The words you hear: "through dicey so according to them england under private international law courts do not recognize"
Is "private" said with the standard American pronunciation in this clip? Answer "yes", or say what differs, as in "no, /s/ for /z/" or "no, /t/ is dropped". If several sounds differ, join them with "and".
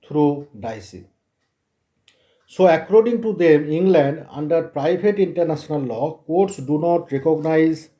no, /b/ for /v/